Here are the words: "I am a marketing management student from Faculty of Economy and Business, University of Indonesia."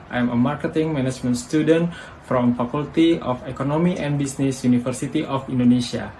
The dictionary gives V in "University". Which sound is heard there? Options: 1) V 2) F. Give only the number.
2